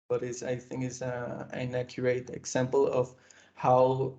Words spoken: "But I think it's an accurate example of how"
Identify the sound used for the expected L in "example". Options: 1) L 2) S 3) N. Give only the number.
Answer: 1